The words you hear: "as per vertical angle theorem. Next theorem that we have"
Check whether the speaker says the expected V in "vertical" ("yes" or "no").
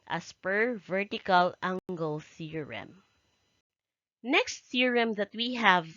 yes